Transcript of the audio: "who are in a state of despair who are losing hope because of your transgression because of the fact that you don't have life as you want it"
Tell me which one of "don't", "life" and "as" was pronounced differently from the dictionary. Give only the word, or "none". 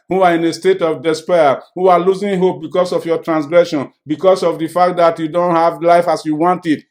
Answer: as